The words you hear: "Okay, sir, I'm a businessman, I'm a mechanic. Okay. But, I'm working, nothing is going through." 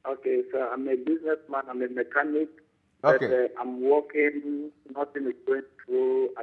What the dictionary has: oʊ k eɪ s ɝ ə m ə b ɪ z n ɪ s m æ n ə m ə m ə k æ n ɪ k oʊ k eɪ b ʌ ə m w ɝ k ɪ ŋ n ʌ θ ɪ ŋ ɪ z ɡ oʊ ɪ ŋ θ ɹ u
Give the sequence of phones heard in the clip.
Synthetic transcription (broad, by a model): oʊ k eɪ s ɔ ə m ə b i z n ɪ s m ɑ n ə m ə m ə k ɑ n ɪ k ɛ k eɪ ə m w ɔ k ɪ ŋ n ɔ t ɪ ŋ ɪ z ɡ oʊ ɪ ŋ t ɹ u